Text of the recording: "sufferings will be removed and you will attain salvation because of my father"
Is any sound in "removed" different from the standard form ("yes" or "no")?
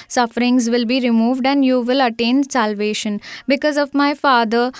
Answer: no